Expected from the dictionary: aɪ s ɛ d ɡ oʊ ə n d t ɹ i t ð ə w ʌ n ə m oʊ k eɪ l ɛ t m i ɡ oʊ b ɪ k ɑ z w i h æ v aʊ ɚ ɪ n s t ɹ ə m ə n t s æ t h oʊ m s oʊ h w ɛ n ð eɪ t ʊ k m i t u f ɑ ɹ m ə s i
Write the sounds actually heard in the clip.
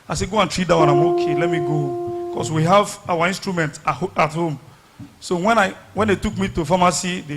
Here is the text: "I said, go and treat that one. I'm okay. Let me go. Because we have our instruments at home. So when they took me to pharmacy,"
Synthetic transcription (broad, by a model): aɪ s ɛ ɡ oʊ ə n t ɹ i t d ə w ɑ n ə m oʊ k eɪ l ɛ t m i ɡ oʊ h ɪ k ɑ s w i h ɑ v aʊ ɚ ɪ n s t ɹ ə m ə n t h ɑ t h oʊ m s oʊ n w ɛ n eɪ t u k m i t u f ɑ m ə s i